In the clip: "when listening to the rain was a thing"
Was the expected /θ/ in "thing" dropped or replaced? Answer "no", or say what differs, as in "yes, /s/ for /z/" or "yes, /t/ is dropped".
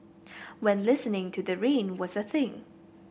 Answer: no